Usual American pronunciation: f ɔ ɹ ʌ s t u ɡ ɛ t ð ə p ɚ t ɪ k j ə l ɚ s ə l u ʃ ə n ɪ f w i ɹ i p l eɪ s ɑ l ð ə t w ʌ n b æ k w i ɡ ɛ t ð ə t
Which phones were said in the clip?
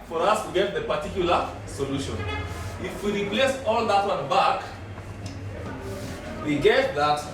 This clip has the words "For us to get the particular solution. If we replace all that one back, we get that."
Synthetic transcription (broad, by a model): f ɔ ɹ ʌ s t u ɡ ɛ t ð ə p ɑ t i k j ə l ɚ s ə l u ʃ ə n ɪ f w i ɹ i p l eɪ s ɑ l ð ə t w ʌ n b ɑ k w i ɡ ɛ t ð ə t